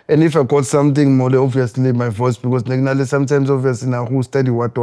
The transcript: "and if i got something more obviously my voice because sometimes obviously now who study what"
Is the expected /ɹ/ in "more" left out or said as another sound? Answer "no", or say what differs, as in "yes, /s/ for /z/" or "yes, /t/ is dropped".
yes, /l/ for /ɹ/